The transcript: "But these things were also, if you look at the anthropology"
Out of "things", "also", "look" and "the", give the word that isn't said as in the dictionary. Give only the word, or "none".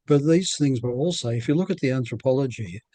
none